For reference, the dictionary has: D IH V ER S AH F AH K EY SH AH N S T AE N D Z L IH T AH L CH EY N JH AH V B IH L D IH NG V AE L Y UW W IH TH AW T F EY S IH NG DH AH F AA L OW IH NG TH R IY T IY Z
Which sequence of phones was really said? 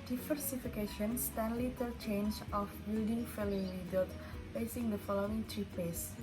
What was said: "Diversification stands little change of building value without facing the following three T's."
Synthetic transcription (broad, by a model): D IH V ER S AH F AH K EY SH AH N S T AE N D L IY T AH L CH EY N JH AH F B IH L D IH NG F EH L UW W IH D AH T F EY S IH NG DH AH F AA L OW IH NG T R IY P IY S